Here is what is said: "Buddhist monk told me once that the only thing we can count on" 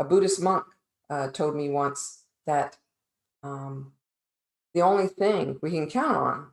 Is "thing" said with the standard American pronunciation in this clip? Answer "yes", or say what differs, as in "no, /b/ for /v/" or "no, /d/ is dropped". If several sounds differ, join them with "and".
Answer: yes